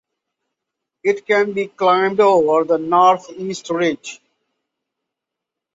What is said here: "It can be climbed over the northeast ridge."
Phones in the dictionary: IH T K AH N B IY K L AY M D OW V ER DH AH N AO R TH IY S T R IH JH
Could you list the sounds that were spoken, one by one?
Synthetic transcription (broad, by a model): IH T K AH N B IY K L AY M D OW V ER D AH N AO R T IY S T R IH JH